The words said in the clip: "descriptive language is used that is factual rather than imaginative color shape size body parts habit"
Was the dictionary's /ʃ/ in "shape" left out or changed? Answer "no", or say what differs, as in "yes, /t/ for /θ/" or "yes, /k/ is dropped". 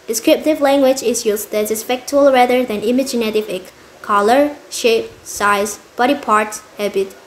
no